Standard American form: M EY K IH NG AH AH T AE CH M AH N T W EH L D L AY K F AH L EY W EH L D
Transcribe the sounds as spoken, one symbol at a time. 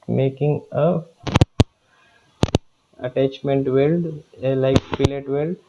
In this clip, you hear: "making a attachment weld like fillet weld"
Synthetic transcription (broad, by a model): M EY K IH NG AH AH T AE CH M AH N T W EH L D L AY K P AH L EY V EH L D